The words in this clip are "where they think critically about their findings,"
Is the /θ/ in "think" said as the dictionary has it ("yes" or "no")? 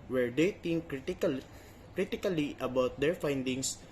no